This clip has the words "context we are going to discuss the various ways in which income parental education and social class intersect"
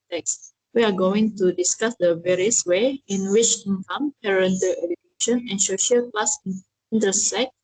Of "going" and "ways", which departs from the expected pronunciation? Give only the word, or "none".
ways